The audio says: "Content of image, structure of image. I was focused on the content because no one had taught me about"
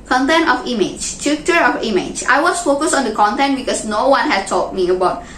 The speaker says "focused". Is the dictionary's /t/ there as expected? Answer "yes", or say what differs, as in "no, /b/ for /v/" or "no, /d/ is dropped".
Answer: no, /t/ is dropped